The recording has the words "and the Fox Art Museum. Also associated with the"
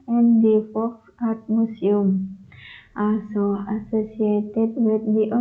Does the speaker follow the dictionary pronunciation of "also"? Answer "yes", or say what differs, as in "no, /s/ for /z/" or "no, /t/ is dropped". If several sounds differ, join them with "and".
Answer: no, /l/ is dropped